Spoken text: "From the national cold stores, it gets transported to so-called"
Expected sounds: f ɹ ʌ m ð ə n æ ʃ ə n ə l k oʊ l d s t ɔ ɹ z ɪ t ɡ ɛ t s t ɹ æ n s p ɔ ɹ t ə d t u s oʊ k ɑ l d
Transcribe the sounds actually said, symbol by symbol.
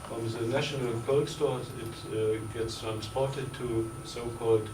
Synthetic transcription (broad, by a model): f ɹ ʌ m ð ə n æ ʃ ə n ə l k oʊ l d s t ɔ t ɪ t ɡ ɛ t s t ɹ æ n s p ɔ ɹ t ə d t u s oʊ k ɑ l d